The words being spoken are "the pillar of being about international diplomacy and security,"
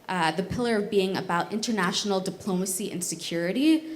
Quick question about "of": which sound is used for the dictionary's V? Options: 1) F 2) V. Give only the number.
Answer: 2